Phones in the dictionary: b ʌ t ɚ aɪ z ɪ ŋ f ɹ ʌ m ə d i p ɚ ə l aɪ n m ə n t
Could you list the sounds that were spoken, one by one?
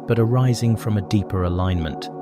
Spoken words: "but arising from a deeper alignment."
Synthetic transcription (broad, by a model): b ʌ t ɚ aɪ z ɪ ŋ f ɹ ʌ m ə d i p ɚ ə l aɪ n m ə n t